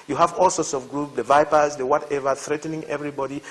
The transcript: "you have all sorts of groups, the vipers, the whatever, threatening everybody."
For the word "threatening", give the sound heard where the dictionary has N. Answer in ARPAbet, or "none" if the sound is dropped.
N